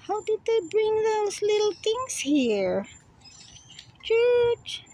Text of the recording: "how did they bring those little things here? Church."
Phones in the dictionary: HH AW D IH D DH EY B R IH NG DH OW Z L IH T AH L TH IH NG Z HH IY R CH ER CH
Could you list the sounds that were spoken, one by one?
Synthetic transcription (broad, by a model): HH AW D IH D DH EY B R IH NG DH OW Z L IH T L T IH NG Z HH IY R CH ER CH